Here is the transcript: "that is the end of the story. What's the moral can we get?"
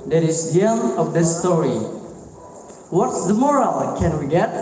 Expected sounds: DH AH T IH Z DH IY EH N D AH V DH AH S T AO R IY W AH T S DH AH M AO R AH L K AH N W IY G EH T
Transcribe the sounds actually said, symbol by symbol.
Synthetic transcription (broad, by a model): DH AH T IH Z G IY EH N AH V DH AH S T AO R IY W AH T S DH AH M AO R AH L K AH N W IY G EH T